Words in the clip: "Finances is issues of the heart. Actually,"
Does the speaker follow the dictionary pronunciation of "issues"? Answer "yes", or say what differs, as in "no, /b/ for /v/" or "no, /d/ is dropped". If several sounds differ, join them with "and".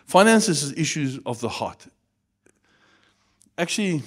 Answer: yes